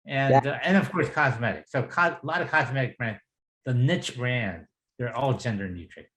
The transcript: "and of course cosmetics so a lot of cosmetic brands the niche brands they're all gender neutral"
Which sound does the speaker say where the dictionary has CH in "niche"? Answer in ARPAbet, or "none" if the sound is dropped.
CH